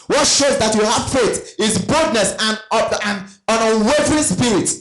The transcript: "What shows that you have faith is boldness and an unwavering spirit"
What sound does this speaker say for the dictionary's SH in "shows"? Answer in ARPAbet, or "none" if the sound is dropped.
SH